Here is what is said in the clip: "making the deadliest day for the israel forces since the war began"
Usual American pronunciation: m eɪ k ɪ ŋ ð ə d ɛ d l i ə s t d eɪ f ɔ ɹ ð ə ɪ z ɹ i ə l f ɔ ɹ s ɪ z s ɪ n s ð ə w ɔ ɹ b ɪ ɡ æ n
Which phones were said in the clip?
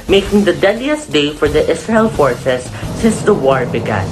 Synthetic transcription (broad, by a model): m eɪ k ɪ ŋ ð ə d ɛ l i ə s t d eɪ f ɔ ɹ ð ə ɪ s ɹ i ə l f ɔ ɹ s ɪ s ɪ n s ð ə w ɔ ɹ b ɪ ɡ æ n